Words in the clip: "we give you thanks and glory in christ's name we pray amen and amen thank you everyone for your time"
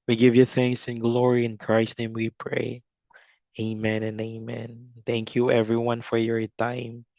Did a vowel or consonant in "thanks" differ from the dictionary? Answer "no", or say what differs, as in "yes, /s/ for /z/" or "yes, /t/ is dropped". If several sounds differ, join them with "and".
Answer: no